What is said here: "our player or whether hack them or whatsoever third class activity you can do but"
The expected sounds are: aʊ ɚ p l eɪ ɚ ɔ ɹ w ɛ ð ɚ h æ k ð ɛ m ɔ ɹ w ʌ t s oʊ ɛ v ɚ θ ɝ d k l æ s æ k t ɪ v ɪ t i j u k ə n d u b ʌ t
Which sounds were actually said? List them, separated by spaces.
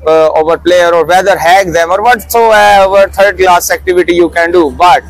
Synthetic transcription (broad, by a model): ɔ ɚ p l eɪ ɚ ɔ ɹ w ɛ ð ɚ h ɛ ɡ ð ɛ m ɔ ɹ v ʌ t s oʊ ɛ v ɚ t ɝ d k l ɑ s æ k t ɪ v ɪ t i j u k ə n d u b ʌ t